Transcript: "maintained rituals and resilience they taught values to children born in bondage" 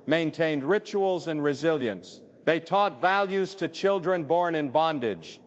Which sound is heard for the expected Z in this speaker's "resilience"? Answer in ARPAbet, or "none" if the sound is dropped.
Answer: Z